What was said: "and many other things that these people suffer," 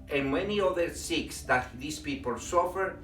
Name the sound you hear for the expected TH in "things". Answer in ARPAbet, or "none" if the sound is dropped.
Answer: S